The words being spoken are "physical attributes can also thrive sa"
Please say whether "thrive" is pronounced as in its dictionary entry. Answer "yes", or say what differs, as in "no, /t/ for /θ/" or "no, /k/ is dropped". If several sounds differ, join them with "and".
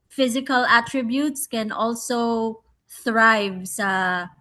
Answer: yes